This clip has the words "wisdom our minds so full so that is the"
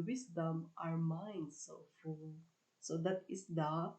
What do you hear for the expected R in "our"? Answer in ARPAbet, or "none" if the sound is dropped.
R